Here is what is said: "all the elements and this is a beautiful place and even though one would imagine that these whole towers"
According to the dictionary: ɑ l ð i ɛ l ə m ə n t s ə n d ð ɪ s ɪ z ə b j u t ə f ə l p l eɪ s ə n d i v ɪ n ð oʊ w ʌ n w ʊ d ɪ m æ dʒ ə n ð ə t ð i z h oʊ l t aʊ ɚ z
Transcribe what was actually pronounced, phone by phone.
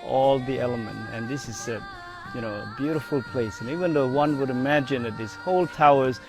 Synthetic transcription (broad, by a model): ɑ l ð i ɛ l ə m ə n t ə n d ð ɪ s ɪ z ə b j u t ə f ə l p l eɪ s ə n i v ɪ n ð oʊ w ʌ n w ʊ d ɪ m æ dʒ ə n ð ə t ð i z h oʊ l t aʊ ɚ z